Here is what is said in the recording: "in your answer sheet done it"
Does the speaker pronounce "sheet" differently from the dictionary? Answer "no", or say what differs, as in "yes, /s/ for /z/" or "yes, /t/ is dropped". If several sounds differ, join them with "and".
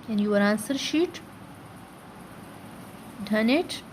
no